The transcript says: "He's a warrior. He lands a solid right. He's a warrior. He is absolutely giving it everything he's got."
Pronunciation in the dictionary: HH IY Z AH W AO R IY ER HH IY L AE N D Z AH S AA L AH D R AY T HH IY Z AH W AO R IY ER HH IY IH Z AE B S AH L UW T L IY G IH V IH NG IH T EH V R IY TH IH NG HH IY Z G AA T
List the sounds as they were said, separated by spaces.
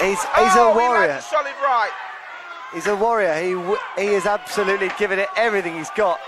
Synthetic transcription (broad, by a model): HH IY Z AH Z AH W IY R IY AH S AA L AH R AY T HH IY Z AH W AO R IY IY HH IY IH Z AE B S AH L UW T L IY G IH V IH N IH T EH V R IY TH IH NG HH IY Z G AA T